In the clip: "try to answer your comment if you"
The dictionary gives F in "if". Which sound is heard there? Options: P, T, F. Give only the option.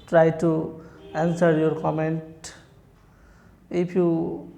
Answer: P